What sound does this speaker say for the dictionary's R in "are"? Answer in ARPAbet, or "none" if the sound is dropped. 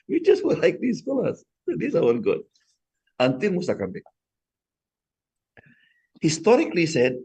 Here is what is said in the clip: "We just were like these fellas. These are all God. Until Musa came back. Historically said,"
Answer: W